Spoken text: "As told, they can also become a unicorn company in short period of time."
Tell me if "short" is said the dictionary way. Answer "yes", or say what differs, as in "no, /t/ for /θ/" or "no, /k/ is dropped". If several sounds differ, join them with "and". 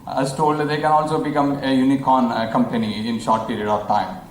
yes